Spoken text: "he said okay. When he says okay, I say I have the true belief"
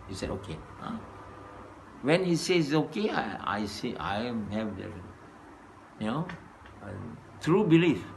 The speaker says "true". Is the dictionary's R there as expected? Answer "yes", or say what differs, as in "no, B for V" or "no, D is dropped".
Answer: yes